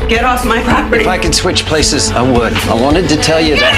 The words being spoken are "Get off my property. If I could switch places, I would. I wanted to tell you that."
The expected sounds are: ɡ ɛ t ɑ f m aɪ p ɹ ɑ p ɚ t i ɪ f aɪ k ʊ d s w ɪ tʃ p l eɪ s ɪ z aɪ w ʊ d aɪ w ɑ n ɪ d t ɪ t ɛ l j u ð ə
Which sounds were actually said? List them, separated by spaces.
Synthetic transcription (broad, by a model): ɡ ɛ t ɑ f m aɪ ɑ ɪ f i ɪ f aɪ k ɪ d s w ɪ tʃ p l eɪ s ɪ z aɪ w ʊ d aɪ w ɑ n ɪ d t ɪ t ɛ l j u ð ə